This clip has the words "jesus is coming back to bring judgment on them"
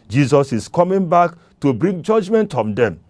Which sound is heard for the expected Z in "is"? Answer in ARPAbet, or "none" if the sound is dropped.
S